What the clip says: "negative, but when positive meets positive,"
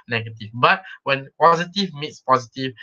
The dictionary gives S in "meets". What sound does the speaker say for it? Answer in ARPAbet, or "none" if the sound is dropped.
S